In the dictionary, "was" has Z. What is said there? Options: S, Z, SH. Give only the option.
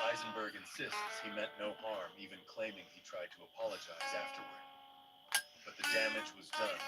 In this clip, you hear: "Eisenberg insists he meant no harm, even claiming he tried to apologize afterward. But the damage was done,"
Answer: Z